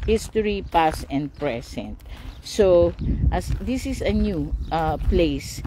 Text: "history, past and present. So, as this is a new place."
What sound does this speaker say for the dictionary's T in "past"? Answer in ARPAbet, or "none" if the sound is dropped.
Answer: none